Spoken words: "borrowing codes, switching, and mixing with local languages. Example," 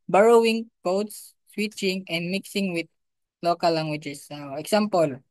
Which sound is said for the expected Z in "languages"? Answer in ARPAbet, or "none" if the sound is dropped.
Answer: S